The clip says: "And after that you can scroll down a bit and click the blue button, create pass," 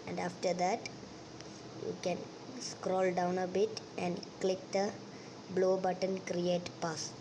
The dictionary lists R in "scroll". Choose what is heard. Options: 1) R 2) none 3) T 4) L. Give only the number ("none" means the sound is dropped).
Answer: 1